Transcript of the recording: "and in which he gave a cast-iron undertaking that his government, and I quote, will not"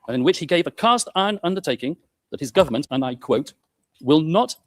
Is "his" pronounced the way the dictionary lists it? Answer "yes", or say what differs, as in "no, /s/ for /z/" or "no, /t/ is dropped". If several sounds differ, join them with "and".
yes